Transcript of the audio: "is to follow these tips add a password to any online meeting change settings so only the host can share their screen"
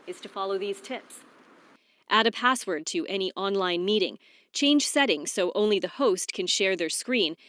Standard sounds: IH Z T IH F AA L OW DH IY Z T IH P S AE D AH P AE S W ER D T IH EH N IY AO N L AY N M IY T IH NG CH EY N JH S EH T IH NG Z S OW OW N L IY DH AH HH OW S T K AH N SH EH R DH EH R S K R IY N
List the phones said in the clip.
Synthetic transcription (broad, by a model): IH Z T IH F AA L OW DH IY Z T IH P S AE D AH P AE S W ER D T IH EH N IY AO N L AY N M IY T IH NG CH EY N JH S EH T IH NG S OW OW N L IY DH AH HH OW S T K AH N SH EH R DH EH R S K R IY N